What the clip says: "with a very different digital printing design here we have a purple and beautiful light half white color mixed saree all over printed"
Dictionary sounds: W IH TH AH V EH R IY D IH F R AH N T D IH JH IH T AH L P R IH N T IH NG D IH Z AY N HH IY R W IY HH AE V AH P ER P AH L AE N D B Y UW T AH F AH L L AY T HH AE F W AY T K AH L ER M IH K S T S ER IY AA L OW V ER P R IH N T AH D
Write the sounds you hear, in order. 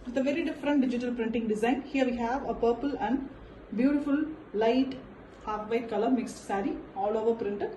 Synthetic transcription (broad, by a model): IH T AH V EH R IY D IH F R AH N T D IH JH IH T AH L P R IH N T IH NG D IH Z AY N HH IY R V IY HH AE V AH P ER P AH L AE N D B Y UW T AH F AH L L AY T HH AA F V AY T K AH L ER M IH K S T S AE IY AA L OW V ER P R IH N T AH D